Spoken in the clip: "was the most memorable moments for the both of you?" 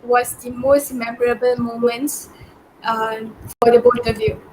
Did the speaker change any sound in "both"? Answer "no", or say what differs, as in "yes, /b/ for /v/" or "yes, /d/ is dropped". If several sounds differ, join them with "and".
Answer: yes, /t/ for /θ/